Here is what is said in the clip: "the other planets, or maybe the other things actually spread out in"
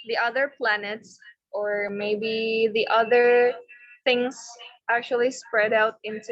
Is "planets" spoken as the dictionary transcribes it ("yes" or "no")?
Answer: yes